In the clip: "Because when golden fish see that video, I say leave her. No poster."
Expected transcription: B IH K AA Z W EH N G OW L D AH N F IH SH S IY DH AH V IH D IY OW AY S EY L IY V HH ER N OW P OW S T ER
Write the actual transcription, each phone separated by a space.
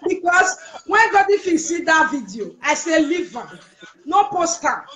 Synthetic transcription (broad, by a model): B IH K AA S W EH N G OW D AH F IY S IY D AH V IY D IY OW AY S EY L IY V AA N OW P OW S T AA